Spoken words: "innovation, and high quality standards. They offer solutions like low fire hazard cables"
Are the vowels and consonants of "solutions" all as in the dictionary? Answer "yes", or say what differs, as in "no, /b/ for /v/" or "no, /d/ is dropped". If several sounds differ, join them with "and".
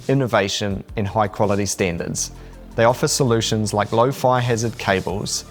yes